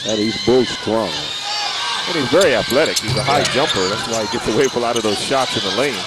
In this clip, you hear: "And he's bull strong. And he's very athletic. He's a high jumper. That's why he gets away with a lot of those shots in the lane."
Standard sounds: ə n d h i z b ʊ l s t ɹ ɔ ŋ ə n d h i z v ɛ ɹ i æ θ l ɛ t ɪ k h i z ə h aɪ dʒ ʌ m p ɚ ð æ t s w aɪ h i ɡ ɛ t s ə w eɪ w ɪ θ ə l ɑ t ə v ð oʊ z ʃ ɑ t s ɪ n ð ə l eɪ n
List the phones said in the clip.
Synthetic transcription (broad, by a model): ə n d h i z b ʊ l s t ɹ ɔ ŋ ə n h i z v ɛ ɹ i æ θ l ɛ t ɪ k h i z ə h aɪ dʒ ʌ m p ɚ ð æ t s w aɪ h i ɡ ɛ t s ə w eɪ ɪ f ə l ɑ t ə v ð oʊ z ʃ ɑ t s ɪ n ð ə l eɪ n